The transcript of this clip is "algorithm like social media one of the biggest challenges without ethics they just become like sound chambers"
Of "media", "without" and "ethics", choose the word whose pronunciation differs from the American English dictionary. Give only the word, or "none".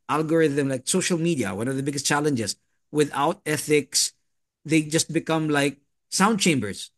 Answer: none